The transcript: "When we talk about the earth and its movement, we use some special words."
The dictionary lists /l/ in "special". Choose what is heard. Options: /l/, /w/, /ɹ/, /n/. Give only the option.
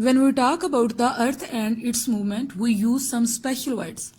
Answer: /l/